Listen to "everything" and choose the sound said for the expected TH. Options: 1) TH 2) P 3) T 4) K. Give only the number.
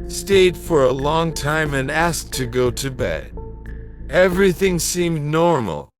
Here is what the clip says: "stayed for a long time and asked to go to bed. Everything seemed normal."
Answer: 1